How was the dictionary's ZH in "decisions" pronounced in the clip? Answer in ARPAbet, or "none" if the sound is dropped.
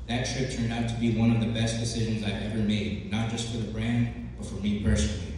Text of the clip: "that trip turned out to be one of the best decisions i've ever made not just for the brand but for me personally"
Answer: ZH